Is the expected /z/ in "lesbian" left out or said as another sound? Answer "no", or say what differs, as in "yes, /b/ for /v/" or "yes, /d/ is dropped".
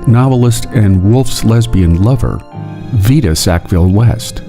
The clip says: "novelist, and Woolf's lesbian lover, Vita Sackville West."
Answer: no